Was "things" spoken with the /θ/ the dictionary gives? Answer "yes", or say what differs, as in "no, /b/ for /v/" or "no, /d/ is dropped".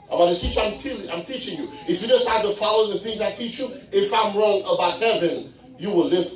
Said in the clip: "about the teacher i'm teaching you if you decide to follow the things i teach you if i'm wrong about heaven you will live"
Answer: yes